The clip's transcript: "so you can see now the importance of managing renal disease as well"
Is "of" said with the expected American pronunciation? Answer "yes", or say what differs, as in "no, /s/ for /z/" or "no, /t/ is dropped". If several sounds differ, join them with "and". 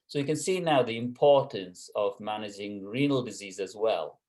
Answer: yes